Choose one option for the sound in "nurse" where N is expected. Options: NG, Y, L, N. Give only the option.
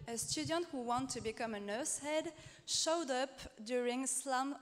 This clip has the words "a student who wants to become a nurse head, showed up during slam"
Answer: N